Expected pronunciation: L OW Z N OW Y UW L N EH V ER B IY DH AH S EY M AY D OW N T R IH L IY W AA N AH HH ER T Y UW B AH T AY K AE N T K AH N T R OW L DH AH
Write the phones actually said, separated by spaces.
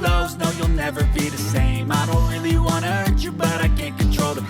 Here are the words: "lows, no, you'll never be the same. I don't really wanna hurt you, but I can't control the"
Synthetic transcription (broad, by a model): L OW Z N OW Y UW L N EH V ER B IY DH AH S EY M AY D OW N T R IH L IY W AA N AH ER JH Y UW B AH T AY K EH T K AH N T R OW L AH